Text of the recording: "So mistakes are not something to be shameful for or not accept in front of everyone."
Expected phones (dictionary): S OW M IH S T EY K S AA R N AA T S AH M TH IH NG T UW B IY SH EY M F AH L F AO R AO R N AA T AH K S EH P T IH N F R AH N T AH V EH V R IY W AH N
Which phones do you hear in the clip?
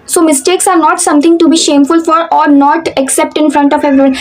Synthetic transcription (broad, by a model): S OW M IH S T EY K S AA R N AA T S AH M T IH NG T UW B IY SH EY M F AH L F AO R AO R N AA T AH K S EH P T IH N F R AH N T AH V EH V R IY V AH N